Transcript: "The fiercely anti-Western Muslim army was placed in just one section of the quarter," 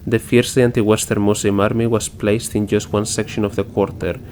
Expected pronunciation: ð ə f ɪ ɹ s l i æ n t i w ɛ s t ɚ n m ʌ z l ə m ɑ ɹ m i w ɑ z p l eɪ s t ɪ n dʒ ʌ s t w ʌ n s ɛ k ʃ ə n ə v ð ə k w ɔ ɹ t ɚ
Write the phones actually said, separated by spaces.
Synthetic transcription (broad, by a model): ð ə f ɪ ɹ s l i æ n t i w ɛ s t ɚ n m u s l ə m ɑ ɹ m i w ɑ s p l eɪ s t ɪ n dʒ ʌ s t w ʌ n s ɛ k ʃ ə n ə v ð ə k w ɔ ɹ t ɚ